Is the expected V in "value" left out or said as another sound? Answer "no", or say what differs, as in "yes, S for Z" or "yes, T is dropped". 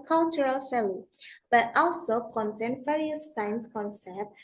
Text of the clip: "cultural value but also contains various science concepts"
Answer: yes, F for V